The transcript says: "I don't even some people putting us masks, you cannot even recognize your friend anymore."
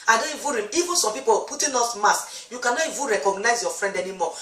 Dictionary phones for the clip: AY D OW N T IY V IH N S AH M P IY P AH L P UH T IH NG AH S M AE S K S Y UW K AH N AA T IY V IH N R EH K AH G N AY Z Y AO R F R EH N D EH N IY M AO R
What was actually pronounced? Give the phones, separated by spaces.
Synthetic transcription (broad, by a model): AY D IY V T IY V IH N S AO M P IY P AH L P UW T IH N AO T M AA S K Y UW K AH N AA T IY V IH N R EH K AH G N AY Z Y AO F R EH N D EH N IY M AO